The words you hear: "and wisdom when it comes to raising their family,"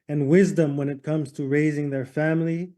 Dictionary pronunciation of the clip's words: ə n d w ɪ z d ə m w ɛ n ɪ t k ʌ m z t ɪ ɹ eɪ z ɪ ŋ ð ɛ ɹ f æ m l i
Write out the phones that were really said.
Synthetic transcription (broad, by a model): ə n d w ɪ z d ə m w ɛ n ɪ t k ʌ m z t ɪ ɹ eɪ z ɪ ŋ ð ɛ ɹ f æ m l i